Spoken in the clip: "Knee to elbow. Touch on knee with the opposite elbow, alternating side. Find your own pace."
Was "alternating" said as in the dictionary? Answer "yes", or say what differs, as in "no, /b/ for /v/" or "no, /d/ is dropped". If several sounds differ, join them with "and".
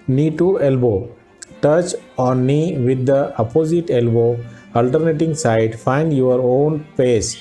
yes